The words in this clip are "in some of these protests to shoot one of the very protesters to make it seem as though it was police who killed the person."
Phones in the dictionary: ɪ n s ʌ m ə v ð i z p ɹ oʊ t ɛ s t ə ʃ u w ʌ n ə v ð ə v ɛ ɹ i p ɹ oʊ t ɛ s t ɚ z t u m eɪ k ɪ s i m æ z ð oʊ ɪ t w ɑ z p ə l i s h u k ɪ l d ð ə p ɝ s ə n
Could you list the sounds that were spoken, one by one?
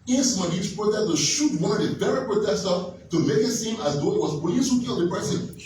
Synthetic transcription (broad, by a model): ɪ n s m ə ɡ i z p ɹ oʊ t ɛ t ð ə ʃ u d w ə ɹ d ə b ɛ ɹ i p ɹ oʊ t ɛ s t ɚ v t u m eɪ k ɪ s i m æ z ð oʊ ɪ t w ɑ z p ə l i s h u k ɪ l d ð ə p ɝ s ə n